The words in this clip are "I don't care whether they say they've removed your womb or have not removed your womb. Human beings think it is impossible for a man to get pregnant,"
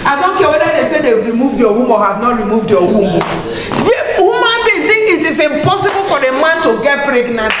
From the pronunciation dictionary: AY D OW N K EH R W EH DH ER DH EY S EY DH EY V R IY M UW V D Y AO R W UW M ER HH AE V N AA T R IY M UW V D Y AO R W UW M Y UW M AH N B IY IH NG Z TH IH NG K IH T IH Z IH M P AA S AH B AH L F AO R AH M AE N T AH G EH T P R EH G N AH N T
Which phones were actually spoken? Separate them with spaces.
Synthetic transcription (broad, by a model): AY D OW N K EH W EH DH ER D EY S EY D EY W R IY M UW V D Y AO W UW M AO HH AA V N AA T R IY M UW V D Y AO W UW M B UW M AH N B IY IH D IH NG IH T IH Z IH M P AA S AH B AH L F AO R AH M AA N T AH G EH T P R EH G N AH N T